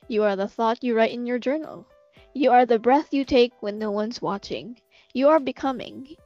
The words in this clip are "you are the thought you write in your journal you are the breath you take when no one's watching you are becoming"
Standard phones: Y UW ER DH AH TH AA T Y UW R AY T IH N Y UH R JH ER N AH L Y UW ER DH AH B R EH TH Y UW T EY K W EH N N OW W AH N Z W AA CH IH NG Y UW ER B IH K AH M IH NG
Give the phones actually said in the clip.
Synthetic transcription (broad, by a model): Y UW ER DH AH TH AA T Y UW R AY T IH N Y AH R JH ER N L Y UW ER DH AH B R EH TH Y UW T EY K W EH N N OW W AH N Z W AA CH IH NG Y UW ER B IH K AH M IH NG